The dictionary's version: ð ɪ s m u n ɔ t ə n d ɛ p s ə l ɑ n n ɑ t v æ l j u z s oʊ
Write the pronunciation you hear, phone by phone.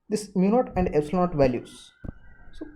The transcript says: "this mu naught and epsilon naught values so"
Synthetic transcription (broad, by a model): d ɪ s m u n ɔ t ə n d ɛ b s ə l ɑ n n t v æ l j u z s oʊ